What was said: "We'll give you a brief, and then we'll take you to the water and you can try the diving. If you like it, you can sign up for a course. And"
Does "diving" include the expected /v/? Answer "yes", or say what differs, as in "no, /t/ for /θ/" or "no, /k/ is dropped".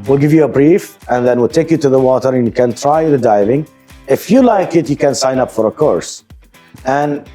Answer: yes